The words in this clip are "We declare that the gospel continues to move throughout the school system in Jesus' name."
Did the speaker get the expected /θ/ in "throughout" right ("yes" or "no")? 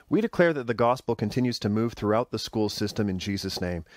yes